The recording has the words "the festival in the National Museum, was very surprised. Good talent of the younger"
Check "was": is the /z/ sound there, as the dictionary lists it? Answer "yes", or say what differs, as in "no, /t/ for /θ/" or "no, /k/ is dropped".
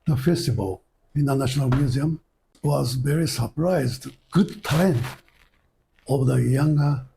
yes